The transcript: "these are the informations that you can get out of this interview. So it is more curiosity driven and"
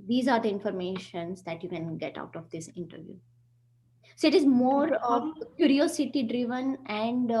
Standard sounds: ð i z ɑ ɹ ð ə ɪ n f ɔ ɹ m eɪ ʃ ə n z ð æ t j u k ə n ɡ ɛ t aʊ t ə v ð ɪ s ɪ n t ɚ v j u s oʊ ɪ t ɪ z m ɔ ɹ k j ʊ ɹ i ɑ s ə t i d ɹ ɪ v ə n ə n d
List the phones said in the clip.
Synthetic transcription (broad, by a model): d i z ɑ ɹ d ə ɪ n f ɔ ɹ m eɪ ʃ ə n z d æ t j u k ə n ɡ ɛ t aʊ t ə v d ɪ s ɪ n t ɚ v j u s oʊ ɪ t ɪ z m ɔ ɹ k j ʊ ɹ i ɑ s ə t i d ɹ ɪ v ə n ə n d